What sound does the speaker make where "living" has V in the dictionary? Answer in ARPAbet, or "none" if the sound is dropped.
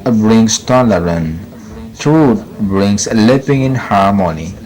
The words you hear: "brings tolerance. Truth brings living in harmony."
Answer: P